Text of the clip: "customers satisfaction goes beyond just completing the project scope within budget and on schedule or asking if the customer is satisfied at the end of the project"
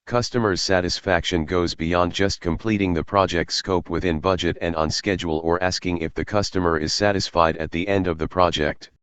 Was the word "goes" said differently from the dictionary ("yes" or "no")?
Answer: no